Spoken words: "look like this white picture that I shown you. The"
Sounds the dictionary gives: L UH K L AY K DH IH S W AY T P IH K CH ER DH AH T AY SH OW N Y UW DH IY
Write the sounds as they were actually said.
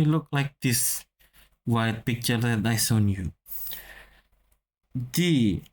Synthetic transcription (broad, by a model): L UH K L AY K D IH S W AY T P IH K CH ER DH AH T AY S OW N Y UW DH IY